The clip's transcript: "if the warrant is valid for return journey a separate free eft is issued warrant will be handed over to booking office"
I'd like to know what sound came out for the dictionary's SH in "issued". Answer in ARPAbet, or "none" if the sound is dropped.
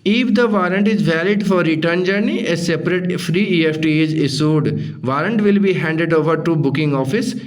S